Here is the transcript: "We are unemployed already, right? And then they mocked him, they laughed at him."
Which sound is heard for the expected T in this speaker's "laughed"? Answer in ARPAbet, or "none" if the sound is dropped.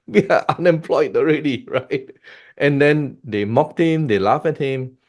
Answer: none